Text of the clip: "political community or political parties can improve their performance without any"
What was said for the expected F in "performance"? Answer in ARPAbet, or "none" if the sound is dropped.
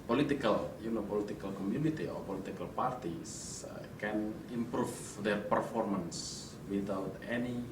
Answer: F